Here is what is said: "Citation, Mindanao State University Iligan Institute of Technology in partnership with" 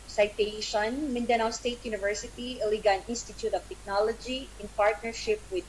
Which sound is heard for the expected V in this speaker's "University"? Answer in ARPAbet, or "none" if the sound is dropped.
V